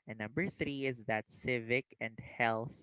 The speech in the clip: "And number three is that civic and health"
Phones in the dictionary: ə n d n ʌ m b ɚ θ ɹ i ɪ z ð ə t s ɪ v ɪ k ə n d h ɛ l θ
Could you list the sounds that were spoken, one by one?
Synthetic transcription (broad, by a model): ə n n ʌ m b ɚ θ ɹ i ɪ z ð ə t s ɪ v ɪ k ə n d h ɛ l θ